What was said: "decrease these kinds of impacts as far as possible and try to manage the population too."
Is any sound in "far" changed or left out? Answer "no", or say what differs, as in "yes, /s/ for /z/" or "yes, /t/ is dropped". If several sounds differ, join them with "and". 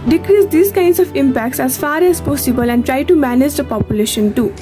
no